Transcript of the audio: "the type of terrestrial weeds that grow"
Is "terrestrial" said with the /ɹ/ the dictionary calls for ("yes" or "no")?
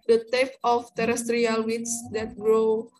yes